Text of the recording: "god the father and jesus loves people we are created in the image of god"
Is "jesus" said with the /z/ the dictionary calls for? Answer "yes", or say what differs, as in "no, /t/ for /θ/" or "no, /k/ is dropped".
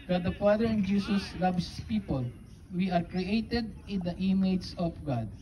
no, /s/ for /z/